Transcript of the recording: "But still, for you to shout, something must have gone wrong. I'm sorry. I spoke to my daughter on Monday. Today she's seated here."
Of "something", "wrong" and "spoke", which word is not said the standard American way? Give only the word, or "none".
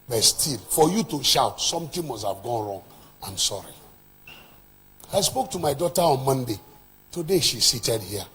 something